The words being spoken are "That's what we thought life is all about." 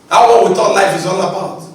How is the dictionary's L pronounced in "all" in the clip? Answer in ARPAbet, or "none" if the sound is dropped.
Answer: L